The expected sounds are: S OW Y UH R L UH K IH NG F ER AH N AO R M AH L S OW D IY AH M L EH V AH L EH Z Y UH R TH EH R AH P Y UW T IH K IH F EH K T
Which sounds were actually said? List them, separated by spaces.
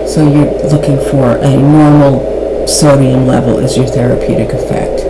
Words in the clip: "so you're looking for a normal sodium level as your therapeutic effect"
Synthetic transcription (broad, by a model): S OW Y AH R L UH K IH NG F ER AH N AO R M L S OW D IY AH M L EH V L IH Z Y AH R TH EH R AH P Y UW T IH K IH F EH K T